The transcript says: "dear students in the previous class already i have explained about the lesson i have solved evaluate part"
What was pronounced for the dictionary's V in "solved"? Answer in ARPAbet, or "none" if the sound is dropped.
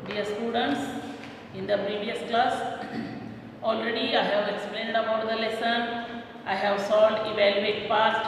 none